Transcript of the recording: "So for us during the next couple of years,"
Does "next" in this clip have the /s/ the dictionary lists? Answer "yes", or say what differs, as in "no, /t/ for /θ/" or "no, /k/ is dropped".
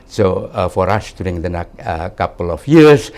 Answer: no, /s/ is dropped